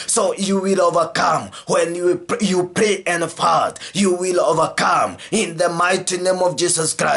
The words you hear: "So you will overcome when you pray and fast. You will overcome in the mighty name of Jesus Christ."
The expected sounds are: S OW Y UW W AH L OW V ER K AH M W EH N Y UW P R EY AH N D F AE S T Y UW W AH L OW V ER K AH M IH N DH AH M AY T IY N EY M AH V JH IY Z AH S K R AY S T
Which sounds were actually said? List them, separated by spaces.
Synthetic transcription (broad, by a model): S OW Y UW W AH L OW V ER K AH M W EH N Y UW P R EY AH N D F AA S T Y UW W AH L OW V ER K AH M IH N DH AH M AY T IY N EY M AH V JH IY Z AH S K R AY